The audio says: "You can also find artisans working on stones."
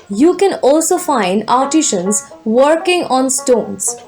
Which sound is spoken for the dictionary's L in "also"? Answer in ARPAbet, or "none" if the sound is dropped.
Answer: L